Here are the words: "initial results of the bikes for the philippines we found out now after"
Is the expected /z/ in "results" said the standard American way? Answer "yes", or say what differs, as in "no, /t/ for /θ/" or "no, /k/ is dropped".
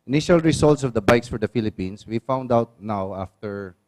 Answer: no, /s/ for /z/